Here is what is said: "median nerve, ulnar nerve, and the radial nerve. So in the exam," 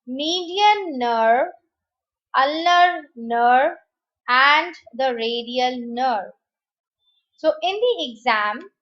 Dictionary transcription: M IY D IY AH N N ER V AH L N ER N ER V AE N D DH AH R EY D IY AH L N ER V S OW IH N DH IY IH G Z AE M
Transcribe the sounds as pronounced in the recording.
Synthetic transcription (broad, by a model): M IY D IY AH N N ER AH L N ER N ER AE N D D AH R EY D IY AH L N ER S OW IH N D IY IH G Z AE M